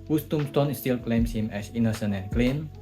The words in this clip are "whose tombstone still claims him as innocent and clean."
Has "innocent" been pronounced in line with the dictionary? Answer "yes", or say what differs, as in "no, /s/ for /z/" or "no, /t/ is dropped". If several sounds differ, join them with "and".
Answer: no, /t/ is dropped